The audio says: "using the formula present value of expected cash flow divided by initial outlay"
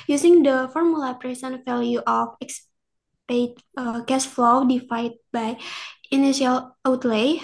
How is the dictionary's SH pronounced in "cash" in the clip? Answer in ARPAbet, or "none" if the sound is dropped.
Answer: S